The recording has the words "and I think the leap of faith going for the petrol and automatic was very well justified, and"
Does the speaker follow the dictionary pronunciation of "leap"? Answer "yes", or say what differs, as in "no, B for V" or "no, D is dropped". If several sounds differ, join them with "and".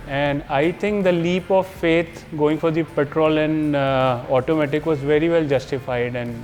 yes